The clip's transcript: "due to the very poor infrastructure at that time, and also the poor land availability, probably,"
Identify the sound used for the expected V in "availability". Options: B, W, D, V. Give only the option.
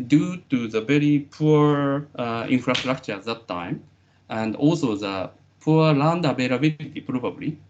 B